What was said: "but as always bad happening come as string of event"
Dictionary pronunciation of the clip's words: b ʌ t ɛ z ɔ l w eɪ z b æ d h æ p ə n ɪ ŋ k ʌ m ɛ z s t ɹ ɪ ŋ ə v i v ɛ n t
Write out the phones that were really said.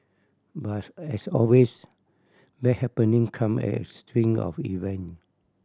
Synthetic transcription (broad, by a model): b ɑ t ɛ s ɔ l w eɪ s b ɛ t h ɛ p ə n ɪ ŋ k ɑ m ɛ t s t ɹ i ŋ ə f i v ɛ n